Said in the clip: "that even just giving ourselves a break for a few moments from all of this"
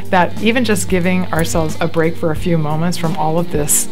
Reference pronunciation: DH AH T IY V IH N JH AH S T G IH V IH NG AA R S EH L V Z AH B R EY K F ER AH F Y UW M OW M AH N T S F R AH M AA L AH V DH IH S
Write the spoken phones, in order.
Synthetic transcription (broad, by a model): DH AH T IY V IH N JH AH S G IH V IH NG AA R S EH L V Z AH B R EY K F ER AH F Y UW M OW M AH N T S F R AH M AA L AH V DH IH S